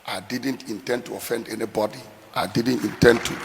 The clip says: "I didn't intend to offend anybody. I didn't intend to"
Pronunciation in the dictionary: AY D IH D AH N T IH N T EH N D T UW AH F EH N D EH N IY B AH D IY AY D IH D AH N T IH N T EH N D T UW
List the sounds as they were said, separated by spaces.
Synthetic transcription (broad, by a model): AY D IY D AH N T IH N T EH N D T UW AH F EH N D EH N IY B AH D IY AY D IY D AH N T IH N T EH N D T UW